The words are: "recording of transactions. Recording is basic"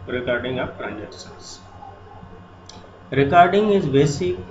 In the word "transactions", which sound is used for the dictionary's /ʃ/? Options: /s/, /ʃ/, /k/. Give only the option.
/s/